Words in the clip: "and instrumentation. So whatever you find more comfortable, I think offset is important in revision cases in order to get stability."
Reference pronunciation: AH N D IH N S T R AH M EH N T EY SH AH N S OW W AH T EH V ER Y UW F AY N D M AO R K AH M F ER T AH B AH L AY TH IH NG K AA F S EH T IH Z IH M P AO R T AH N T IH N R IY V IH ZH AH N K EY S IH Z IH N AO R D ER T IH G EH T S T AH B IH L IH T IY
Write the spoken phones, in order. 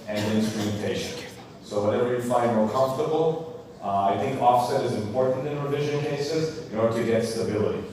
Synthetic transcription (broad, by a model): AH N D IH N S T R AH M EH N T EY SH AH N S OW W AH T EH V ER Y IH F AY N D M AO R K AH M F T AH B L AY TH IH NG K AA F S EH T IH Z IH M P AO R T N T IH N R IY V IH ZH AH N K EY S IH Z IH N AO R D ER T IH G EH T S T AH B IH L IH T IY